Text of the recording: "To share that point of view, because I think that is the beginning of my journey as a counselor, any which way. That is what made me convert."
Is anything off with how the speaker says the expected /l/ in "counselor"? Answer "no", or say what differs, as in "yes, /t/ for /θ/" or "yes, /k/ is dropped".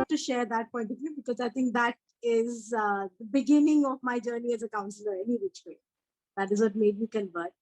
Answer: no